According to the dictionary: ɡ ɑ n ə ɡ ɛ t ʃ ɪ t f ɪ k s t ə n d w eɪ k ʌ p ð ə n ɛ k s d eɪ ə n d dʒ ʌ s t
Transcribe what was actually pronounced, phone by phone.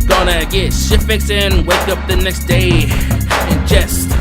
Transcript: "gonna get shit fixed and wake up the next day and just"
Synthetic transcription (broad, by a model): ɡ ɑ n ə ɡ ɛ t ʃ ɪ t f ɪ k s ə n w eɪ k ʌ p ð ə n ɛ k s d eɪ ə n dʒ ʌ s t